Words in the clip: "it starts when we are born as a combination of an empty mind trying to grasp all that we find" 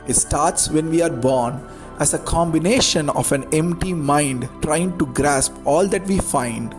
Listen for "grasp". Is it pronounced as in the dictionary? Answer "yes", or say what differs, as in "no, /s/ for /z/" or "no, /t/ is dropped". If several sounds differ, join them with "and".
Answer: yes